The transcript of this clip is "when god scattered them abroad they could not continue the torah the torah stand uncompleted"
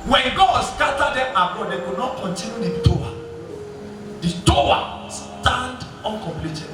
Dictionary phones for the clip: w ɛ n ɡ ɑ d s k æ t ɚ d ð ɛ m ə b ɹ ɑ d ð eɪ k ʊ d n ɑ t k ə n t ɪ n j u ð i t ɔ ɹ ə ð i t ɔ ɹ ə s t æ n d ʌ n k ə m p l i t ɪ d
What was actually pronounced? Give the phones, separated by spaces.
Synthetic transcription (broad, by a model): w ɛ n ɡ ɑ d s k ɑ t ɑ d ɛ m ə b ɑ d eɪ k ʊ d n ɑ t k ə n t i n j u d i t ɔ ə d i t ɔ w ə s t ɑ n d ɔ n k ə m p l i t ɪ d